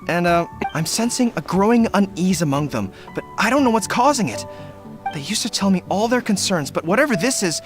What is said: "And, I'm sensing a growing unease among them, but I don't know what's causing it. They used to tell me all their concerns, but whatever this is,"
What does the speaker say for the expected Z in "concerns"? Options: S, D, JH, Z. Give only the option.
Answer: Z